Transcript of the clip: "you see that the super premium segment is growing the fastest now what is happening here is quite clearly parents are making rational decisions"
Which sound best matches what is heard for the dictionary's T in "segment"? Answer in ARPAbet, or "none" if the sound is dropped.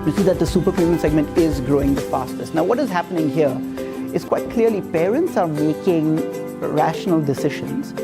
T